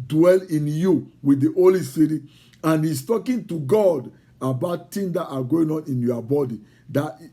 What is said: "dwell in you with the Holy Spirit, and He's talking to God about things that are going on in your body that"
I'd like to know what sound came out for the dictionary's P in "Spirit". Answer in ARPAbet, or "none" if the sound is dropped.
none